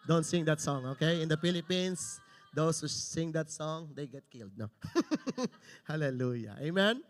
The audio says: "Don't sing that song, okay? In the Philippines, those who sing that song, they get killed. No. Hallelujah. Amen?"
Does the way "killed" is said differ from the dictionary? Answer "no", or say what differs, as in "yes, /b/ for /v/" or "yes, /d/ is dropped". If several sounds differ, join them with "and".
no